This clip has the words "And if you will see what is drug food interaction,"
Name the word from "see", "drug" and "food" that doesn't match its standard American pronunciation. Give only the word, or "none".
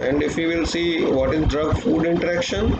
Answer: none